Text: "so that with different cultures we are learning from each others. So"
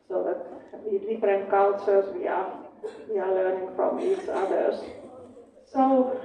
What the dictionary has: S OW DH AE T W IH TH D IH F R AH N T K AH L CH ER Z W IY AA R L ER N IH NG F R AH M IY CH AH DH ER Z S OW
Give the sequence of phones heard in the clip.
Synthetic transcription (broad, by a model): S OW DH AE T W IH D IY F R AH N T K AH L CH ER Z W IY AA W L ER N IH NG F R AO M IY CH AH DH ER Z S OW